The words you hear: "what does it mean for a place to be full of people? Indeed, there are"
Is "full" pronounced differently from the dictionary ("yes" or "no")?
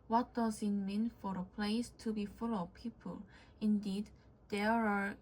no